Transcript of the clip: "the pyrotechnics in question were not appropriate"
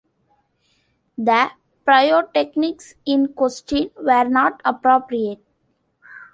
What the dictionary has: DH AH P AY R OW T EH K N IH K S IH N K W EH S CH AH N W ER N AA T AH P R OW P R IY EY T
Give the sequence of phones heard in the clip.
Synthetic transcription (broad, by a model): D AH P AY OW T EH K N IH K S IH N K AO S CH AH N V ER N AA T AH P R OW P R IY EY T